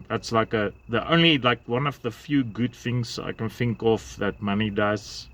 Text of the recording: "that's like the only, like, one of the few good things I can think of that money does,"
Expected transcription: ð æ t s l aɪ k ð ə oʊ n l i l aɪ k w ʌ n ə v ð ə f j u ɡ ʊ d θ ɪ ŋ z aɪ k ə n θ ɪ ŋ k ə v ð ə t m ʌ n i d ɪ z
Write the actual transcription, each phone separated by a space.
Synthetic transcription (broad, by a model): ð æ t s l aɪ k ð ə oʊ n l i l aɪ k w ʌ n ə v ð ə f j u ɡ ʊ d θ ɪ ŋ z aɪ k ə n θ ɪ ŋ k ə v ð ə t m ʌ n i d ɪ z